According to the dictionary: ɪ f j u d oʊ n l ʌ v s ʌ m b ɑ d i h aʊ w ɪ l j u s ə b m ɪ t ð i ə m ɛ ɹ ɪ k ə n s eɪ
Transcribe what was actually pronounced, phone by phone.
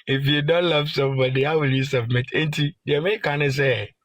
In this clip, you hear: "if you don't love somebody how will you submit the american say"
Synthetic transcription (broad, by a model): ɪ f j u d oʊ n l ʌ v s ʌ m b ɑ d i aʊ w ɪ l j u s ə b m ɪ t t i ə ɛ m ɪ k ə n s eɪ